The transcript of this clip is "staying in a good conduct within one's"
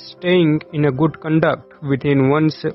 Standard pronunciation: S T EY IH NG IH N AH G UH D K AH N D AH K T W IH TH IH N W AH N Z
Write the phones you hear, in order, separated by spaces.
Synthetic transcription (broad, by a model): S T EY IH NG IH N AH G UH D K AH N D AH K T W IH T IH N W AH N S